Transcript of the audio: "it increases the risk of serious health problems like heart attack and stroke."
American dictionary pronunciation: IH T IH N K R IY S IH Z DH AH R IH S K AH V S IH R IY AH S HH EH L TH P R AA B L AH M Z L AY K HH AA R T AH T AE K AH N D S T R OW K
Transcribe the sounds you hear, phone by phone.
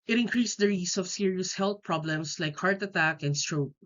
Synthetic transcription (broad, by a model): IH T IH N K R IY S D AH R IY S AH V S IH R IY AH S HH EH L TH P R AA B L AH M S L AY K HH AA R T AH T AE K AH N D S T R OW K